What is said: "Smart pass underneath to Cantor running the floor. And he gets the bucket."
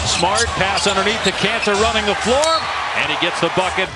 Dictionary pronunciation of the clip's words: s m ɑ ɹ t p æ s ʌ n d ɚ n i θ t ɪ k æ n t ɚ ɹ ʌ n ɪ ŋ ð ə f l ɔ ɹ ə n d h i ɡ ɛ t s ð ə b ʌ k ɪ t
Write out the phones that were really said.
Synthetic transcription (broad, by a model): s m ɑ ɹ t p æ s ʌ n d ɚ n i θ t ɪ k æ n s ɚ ɹ ʌ n ɪ ŋ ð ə f l ɔ ɹ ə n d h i ɡ ɛ t s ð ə b ʌ k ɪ t